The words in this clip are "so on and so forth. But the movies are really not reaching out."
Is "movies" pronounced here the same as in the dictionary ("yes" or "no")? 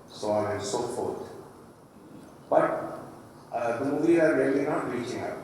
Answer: no